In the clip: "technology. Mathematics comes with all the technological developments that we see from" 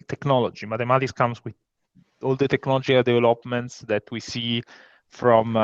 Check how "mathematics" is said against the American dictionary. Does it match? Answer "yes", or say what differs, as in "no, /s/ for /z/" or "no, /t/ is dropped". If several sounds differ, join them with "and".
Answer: no, /t/ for /θ/